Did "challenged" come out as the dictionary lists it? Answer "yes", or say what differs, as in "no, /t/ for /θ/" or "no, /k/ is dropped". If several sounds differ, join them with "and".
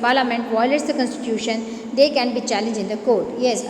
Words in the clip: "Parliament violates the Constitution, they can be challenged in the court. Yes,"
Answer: no, /d/ is dropped